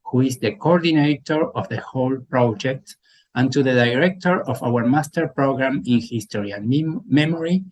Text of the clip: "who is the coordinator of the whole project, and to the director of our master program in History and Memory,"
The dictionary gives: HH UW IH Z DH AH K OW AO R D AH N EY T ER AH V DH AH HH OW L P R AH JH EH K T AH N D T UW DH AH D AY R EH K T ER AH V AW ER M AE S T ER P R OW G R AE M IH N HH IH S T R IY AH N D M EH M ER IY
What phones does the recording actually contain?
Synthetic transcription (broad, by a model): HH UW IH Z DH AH K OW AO R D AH N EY T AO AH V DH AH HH OW L P R AH JH EH K T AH N T UW DH AH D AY R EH K T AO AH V AW ER M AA S T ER P R OW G R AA M IH N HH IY S T R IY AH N M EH M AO IY